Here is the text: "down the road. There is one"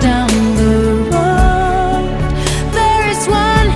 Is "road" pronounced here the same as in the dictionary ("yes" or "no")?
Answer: no